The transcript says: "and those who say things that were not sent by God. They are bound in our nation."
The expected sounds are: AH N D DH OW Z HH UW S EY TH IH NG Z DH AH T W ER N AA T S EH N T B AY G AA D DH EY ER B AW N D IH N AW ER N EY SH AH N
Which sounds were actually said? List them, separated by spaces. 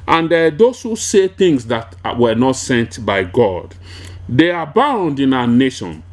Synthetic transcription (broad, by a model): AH N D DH OW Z HH UW S EY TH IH NG S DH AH T W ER N AA T S EH N T B AY G AA D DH EY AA B AW N D IH N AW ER N EY SH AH N